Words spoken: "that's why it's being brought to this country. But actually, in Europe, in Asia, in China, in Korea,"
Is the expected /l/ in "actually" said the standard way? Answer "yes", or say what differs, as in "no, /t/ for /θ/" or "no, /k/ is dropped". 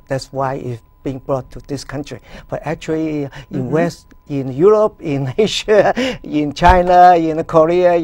no, /w/ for /l/